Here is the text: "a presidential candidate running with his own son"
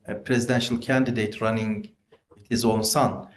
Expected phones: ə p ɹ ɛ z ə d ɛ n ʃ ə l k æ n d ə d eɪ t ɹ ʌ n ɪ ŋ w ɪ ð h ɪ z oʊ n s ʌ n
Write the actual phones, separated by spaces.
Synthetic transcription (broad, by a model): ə p ɹ ɛ z ə d ɛ n ʃ ə l k æ n d ə d eɪ t ɹ ʌ n ɪ ŋ w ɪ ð h ɪ z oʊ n s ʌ n